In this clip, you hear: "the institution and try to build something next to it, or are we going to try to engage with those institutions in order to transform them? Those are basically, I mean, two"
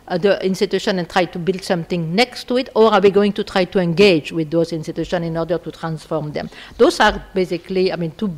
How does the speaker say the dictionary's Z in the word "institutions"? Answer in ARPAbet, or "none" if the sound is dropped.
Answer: none